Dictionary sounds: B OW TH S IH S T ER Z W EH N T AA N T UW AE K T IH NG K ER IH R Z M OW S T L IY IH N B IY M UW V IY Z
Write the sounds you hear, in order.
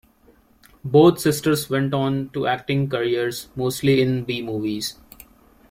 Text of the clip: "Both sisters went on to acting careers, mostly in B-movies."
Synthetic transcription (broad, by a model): B OW T S IH S T ER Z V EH N T AA N T UW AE K T IH NG K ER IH R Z M OW S T L IY IH N B IY M UW V IY Z